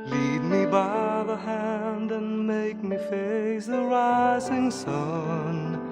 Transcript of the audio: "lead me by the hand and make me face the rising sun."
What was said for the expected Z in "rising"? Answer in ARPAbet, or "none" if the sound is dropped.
Z